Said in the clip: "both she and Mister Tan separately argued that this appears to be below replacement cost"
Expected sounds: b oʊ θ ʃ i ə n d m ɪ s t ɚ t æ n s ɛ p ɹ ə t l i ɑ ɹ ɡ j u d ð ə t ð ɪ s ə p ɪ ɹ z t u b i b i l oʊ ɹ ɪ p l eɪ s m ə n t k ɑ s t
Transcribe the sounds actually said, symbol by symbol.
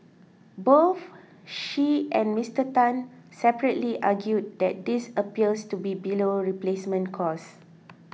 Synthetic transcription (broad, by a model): b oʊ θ ʃ i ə n m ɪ s t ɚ t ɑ n s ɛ p ɹ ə t l i ɑ ɡ j u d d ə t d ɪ s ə p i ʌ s t u b i b i l oʊ ɹ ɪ p l eɪ s m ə n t k ɑ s